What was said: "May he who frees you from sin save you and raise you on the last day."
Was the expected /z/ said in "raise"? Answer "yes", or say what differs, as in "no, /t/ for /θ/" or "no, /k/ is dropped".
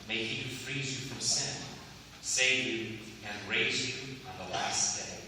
yes